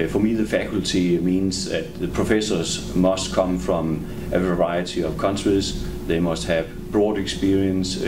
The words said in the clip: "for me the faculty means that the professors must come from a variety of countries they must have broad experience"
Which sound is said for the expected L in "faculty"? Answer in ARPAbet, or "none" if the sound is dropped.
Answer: L